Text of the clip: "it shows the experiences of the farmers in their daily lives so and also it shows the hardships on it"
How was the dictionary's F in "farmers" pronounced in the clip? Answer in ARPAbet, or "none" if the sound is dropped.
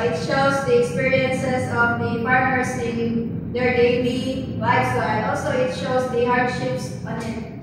P